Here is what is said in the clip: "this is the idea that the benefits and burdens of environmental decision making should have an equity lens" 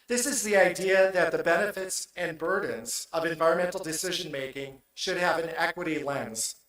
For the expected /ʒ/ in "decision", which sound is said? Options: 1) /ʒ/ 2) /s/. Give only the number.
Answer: 1